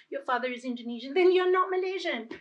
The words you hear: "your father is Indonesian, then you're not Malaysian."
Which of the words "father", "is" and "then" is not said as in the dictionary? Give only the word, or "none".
none